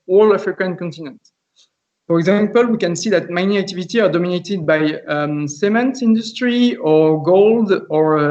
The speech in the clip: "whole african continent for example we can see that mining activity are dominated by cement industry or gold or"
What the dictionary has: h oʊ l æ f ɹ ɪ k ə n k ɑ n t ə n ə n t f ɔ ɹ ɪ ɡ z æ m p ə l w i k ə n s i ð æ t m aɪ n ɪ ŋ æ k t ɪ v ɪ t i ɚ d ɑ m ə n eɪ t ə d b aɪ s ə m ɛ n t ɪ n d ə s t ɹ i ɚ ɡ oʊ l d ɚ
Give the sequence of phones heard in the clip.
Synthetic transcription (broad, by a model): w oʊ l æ f ɹ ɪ k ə n k ɑ n t ə n ə n t f ɔ ɹ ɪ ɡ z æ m p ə l w i k ə n s i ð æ t m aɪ n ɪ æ k t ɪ v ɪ t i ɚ d ɑ m ə n eɪ t ə d b aɪ s ə m ɛ n t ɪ n d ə s t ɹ i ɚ ɡ oʊ l d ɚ